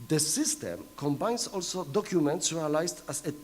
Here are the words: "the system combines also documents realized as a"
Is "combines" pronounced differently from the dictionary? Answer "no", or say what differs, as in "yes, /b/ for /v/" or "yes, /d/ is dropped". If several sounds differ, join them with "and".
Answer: yes, /s/ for /z/